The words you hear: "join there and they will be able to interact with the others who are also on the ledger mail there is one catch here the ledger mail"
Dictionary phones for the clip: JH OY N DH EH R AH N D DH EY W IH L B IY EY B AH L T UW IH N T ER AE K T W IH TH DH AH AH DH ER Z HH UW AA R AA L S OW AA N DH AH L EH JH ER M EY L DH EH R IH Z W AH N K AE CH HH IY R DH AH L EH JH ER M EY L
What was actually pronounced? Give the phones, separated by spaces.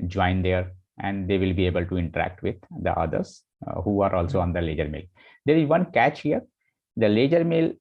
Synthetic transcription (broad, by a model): JH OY N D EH R AH N D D EY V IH L B IY EY B AH L T UW IH N T ER AE K T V IH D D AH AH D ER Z HH UW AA R AA L S OW AA N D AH L EH JH ER M EY L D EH R IH Z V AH N K AE CH HH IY R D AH L EH JH ER M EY L